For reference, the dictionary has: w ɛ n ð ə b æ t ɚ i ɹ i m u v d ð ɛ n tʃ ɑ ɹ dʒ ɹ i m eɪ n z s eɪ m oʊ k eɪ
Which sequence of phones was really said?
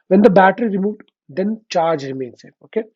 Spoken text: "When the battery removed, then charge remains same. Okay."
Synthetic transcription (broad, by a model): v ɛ n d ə b æ t ɚ i ɹ i m u v d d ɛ n tʃ ɑ ɹ dʒ ɹ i m eɪ n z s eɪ oʊ k eɪ